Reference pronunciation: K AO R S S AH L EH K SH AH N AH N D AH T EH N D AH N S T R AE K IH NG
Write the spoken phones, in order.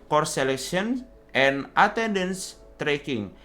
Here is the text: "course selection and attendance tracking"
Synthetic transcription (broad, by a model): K AO R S S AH L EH K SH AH N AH N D AH T EH N D AH N S T R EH K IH NG